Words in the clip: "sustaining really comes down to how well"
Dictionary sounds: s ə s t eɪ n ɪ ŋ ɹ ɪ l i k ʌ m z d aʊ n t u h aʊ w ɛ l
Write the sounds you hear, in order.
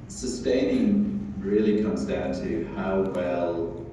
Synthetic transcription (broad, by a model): s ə s t eɪ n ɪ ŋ ɹ ɪ l i k ʌ m z d aʊ n t u h aʊ w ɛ l